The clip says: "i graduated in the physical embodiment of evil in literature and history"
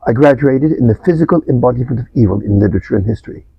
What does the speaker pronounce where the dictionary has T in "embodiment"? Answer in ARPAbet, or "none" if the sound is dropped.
T